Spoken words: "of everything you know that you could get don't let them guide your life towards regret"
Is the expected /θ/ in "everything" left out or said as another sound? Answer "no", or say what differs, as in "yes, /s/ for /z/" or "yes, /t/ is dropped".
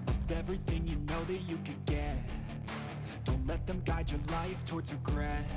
no